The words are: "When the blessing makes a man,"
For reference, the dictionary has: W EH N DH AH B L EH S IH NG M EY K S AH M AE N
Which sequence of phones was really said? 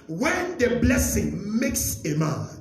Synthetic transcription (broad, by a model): W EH N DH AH B L EH S IH NG M EY K S AH M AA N